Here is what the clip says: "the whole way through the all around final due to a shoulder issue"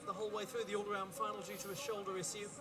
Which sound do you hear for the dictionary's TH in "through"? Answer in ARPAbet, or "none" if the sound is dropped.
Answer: TH